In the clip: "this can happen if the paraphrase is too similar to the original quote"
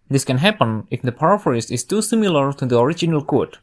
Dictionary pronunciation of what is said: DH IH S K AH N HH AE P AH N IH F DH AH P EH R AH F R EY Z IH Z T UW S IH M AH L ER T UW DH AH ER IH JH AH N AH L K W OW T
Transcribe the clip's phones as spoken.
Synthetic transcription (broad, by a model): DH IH S K AH N HH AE P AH N IH F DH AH P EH R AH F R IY S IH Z T UW S IH M AH L ER T UW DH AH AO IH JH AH N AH L K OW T